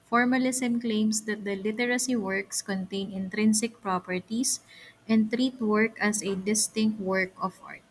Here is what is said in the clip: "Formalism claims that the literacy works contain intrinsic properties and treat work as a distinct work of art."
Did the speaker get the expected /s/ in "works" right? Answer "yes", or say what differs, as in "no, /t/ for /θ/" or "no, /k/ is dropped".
yes